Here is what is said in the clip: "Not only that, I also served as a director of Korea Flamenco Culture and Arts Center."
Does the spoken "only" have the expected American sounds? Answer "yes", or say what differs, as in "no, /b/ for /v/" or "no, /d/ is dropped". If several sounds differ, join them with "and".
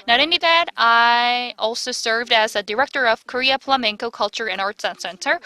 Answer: no, /l/ is dropped